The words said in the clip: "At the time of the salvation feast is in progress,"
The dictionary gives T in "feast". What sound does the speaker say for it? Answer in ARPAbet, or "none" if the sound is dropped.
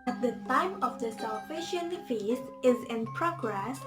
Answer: none